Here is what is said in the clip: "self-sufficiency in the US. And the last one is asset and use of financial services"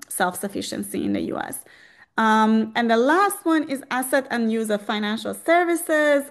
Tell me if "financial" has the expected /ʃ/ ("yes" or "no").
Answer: yes